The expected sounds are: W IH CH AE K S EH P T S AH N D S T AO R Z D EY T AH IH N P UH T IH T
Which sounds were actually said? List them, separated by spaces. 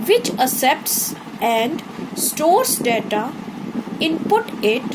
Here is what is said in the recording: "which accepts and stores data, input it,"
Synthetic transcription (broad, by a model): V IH CH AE S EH P T S AH N D S T AO R S D EY T AH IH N P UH T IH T